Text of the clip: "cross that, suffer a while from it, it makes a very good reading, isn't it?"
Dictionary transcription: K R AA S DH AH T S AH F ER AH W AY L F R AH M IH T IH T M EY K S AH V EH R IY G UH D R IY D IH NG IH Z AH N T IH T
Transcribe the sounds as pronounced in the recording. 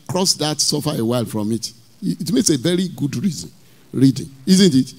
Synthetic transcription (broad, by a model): K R AA S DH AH T S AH F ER AH W AY L F R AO M IH T T M EY K S AH V EH R IY G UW D R IY D IH NG IH Z AH N T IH T